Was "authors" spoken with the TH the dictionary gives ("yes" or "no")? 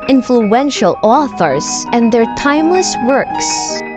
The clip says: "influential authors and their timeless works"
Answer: yes